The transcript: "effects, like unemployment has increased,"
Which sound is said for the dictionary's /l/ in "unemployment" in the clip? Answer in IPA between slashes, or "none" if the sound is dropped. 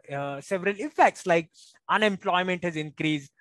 /l/